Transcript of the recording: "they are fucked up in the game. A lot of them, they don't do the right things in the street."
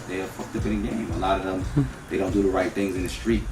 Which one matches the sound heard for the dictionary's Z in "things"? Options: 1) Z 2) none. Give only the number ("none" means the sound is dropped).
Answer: 1